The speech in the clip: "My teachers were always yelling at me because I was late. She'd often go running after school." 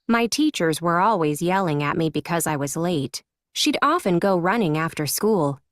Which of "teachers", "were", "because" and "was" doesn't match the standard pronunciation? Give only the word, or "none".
none